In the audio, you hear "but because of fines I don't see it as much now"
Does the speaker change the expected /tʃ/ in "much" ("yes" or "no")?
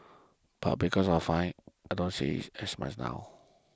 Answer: yes